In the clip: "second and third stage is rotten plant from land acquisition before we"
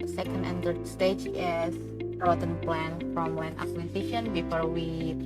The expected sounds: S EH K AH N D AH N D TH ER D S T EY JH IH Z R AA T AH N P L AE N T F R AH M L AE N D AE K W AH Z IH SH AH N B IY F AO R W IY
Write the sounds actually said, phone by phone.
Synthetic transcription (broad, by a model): S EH K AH N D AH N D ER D S T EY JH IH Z R AA T AH N P L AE N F R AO M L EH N AA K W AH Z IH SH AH N B IY F AO R W IY